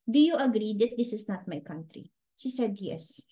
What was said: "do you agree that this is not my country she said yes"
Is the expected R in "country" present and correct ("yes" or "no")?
yes